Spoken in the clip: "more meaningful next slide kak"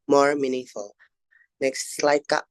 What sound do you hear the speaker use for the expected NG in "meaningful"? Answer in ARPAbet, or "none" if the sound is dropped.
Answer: none